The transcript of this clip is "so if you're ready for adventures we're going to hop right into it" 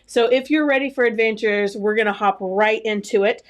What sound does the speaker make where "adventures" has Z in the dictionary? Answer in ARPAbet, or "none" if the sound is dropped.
Z